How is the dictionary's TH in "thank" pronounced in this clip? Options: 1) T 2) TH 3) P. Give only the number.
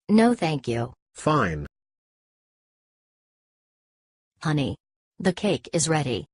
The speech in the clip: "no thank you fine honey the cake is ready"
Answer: 2